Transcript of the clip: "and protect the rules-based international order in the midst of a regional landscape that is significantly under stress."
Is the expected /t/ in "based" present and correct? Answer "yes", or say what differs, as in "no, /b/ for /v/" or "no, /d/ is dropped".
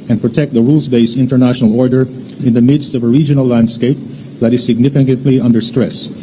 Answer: no, /t/ is dropped